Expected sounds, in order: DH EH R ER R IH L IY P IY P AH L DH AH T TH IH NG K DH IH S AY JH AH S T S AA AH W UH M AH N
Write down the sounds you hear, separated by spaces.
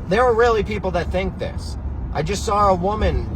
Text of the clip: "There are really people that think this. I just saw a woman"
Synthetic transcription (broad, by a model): DH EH R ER R IH L IY P IY P L DH AH T TH IH NG K DH IH S AY JH AH S T S AA AH W UH M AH N